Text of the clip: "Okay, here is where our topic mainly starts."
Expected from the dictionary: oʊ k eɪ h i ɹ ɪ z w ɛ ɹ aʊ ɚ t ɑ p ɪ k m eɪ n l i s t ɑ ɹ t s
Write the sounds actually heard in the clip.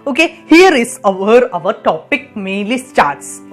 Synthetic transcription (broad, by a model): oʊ k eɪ h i ɹ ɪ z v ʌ ɹ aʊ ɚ t ɑ p ɪ k m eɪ l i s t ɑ ɹ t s